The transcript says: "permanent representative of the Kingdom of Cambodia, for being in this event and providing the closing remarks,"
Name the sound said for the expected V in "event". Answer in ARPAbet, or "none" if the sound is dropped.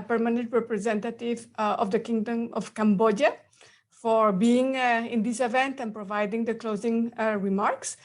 V